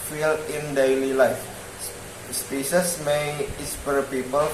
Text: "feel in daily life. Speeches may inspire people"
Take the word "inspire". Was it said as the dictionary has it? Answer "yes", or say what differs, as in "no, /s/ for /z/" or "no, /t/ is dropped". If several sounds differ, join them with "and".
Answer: no, /n/ is dropped